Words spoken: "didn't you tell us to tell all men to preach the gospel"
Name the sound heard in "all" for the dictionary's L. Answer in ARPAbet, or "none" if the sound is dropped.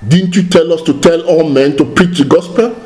W